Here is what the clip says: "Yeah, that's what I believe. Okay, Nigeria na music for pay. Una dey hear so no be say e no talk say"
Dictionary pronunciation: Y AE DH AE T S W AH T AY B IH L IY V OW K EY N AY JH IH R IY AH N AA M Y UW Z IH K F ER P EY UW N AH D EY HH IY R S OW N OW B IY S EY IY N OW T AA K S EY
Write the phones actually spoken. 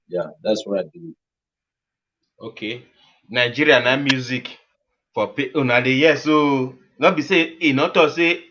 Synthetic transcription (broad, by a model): Y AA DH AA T S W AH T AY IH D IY OW K EY N AY JH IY R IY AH N AA M Y UW Z IH K F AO P EY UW N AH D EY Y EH S OW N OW B IY S EY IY N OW T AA S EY